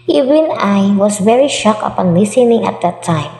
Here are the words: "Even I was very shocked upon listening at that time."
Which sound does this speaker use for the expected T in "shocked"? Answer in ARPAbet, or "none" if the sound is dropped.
none